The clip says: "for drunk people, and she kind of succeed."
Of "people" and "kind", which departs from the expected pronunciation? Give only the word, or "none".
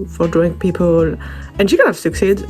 kind